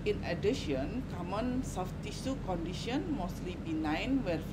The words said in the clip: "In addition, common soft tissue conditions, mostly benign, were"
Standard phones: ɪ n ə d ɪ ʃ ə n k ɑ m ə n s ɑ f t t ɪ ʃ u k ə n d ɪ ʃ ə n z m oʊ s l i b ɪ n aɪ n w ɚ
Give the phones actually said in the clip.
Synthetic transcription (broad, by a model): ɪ n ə d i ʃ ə n k ɑ m ə n s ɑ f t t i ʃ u k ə n d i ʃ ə n m oʊ s l i b ɪ n aɪ n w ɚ